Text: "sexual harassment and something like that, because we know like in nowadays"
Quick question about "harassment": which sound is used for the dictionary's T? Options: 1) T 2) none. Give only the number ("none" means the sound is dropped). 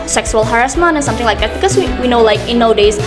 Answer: 2